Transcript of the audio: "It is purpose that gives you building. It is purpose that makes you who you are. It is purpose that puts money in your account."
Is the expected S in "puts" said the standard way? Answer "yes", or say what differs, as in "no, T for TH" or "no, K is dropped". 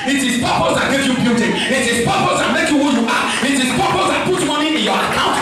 no, S is dropped